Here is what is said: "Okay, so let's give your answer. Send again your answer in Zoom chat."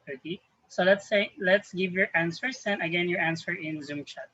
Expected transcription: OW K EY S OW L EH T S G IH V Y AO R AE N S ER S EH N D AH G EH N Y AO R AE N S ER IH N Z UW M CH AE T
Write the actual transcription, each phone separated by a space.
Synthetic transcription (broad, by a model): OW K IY S OW L EH T S G IH V Y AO R AE N S ER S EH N AH G EH N Y AO R AE N S ER IH N Z UW M CH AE T